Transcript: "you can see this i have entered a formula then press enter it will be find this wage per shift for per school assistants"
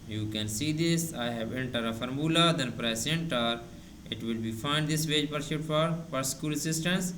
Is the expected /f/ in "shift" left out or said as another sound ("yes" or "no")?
yes